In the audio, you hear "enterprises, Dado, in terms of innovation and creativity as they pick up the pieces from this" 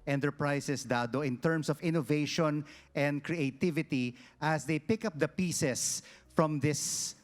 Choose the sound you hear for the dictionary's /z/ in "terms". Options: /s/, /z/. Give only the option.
/s/